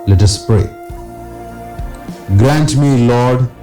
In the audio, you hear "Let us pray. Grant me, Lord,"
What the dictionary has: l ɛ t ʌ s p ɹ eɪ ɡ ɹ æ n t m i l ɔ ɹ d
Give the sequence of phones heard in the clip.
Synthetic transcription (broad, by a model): l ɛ t ʌ s p ɹ eɪ ɡ ɹ æ n t m i l ɔ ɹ d